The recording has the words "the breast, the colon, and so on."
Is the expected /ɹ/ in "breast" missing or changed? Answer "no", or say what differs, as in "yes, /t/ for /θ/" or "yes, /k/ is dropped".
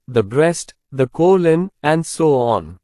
no